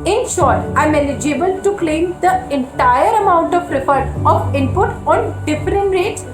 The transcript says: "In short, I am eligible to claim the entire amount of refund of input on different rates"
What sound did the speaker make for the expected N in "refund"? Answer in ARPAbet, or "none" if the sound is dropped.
none